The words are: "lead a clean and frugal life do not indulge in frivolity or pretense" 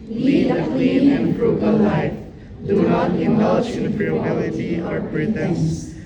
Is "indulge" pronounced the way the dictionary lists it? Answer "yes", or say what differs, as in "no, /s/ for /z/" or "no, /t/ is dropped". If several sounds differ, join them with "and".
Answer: no, /ʃ/ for /dʒ/